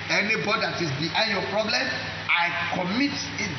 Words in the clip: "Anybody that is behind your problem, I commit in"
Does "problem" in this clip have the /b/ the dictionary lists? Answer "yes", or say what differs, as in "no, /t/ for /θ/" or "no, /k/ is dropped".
yes